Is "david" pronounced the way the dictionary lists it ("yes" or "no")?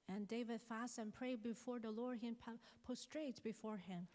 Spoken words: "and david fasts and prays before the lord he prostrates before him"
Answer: yes